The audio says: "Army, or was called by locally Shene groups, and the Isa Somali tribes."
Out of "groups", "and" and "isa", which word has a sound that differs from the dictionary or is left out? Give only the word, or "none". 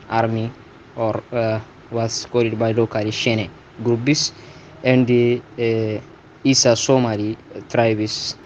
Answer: groups